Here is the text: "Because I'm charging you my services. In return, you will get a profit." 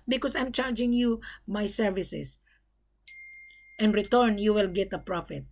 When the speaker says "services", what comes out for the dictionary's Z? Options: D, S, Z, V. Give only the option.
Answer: S